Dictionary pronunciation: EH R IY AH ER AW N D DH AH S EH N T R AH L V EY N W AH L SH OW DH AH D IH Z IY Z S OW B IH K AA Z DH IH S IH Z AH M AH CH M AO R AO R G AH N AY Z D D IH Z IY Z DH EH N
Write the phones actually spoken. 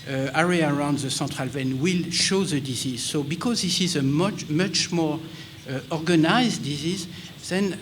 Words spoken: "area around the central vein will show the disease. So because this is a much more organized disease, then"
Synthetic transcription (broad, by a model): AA R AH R AW N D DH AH S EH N T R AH L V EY N W AH L SH OW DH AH D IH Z IY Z S OW B IH K AA Z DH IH S IH Z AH M AH CH M AO R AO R G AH N AY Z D D IH Z IY Z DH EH N